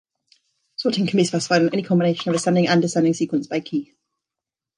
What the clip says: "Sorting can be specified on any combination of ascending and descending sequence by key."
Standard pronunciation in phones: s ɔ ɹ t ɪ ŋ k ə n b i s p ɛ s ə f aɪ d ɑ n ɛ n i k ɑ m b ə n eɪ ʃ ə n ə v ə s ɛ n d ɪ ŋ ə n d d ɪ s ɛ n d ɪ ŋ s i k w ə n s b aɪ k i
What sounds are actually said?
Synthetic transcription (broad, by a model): s ɔ t ɪ ŋ k ə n b i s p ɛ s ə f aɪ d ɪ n ɛ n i k ɑ m b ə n eɪ ʃ ə n ə v ə s ɛ n d ɪ ŋ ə n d d ɪ s ɛ n d ɪ ŋ s i k w ə n s b aɪ k i